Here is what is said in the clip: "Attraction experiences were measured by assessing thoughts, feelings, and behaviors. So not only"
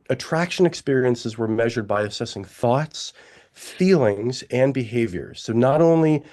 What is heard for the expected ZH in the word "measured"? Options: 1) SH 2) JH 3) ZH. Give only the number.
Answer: 3